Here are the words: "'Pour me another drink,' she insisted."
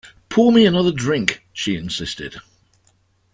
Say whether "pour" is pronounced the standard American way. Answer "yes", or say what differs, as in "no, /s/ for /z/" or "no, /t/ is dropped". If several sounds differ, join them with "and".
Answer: no, /l/ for /ɹ/